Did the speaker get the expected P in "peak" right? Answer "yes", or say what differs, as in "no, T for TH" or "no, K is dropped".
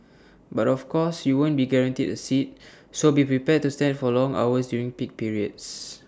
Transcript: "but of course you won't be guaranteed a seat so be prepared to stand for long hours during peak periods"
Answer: yes